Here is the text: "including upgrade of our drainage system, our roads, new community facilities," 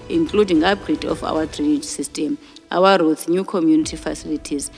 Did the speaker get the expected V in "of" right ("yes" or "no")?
no